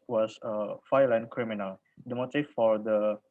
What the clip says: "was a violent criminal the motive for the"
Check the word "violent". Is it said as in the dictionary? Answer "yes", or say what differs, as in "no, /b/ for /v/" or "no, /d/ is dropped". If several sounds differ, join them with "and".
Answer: no, /f/ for /v/